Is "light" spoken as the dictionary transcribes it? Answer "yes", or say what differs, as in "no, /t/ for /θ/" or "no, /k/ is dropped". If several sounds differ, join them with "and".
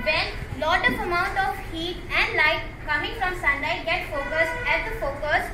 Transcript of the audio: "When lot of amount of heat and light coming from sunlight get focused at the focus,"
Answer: yes